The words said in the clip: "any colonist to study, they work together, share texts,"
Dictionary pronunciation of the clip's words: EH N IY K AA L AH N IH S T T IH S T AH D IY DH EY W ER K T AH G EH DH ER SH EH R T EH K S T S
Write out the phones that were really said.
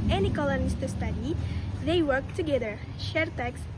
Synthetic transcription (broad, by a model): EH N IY K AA L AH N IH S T T IH S T AH D IY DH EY W ER K T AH G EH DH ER SH EH R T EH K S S